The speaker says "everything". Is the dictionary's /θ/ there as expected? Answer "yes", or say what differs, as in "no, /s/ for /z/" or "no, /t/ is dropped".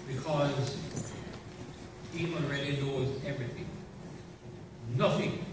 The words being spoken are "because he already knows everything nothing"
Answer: yes